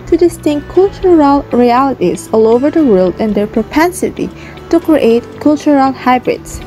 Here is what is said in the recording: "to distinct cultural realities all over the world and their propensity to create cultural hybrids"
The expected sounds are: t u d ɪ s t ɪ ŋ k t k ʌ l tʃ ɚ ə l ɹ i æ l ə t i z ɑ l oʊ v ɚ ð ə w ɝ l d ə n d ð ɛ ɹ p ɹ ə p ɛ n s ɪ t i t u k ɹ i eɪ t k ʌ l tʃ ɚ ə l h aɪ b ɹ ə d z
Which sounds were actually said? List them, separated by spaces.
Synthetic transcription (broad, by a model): t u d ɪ s t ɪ ŋ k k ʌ l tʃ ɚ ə l ɹ i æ l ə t i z ɑ l oʊ v ɚ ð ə w ɝ l d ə n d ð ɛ ɹ p ɹ ə p ɛ n s ɪ t i t u k ɹ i eɪ t k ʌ l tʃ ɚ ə l h aɪ b ɹ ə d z